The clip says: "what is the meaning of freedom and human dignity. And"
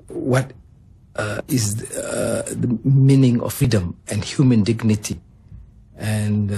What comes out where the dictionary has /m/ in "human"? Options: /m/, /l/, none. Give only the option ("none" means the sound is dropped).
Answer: /m/